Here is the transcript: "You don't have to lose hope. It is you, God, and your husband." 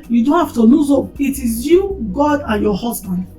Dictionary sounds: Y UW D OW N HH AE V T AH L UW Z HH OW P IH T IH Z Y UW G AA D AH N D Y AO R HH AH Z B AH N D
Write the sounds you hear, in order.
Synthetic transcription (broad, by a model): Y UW D OW N HH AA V T AH N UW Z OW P IH T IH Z Y UW G AA D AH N Y AO HH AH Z B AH N D